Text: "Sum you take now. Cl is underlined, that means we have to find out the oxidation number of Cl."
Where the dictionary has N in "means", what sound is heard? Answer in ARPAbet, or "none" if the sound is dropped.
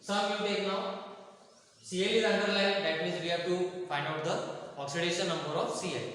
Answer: none